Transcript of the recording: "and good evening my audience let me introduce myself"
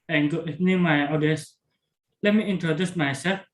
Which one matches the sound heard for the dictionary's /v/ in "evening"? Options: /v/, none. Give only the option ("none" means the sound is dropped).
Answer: none